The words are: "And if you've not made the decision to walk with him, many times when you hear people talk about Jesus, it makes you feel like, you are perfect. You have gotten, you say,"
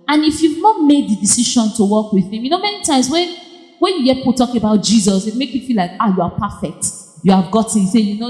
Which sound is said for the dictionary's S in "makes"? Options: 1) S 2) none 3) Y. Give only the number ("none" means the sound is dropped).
2